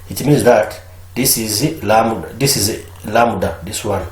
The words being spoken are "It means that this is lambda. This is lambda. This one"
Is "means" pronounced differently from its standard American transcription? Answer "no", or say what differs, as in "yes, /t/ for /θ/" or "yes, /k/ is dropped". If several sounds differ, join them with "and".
no